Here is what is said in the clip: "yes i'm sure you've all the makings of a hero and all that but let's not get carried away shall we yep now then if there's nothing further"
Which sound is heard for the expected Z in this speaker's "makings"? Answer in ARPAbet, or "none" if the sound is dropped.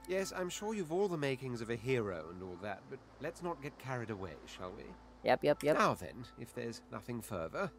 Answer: Z